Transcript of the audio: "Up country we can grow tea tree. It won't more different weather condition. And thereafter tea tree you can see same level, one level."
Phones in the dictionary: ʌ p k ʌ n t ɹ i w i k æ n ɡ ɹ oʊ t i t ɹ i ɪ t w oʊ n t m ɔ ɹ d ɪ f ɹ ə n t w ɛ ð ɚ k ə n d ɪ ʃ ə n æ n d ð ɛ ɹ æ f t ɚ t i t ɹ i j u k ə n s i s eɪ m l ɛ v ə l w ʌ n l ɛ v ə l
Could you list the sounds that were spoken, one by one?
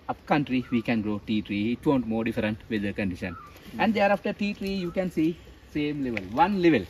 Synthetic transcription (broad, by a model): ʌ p k ʌ n t ɹ i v i k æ n ɡ ɹ oʊ t i t ɹ i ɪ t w oʊ n t m ɔ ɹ d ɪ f ɹ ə n t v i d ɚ k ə n d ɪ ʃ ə n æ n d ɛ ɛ ɹ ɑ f t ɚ t i t ɹ i j u k ə n s i s eɪ m l ɛ v ə l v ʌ n l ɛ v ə l